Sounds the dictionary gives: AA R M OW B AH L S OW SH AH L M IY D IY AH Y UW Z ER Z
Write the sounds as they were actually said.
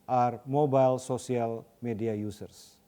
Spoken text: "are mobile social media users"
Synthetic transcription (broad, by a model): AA R M OW B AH L S OW S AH L M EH D IY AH Y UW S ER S